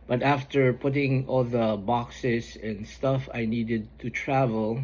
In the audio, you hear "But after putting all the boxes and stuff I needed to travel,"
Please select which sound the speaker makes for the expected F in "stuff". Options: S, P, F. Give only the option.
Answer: F